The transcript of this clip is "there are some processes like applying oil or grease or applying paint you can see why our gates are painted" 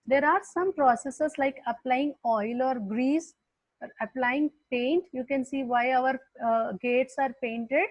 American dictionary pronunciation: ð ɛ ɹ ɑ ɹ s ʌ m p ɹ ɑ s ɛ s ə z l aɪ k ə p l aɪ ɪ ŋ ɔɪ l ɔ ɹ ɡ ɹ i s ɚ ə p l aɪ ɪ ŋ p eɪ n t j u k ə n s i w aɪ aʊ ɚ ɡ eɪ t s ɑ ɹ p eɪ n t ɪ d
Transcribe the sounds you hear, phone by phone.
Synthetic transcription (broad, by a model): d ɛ ɹ ɑ ɹ s ʌ m p ɹ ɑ s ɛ s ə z l aɪ k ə p l aɪ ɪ ŋ ɔɪ l ɔ ɹ ɡ ɹ i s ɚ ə p l aɪ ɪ ŋ p eɪ n t j u k ə n s i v aɪ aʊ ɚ ɡ eɪ t s ɑ ɹ p eɪ n t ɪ d